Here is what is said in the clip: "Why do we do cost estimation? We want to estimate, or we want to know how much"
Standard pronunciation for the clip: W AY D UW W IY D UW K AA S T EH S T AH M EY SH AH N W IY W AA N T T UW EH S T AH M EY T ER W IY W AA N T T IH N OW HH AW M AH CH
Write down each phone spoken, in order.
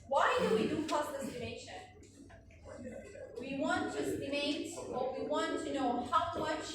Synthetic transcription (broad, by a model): W AY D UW W IY D UW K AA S IH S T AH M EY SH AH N W IY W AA N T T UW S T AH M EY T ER W IY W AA N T T IH N OW HH AW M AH CH